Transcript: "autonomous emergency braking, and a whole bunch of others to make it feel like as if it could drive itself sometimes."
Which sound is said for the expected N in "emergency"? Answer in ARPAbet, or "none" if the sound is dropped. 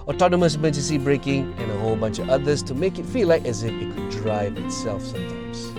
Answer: none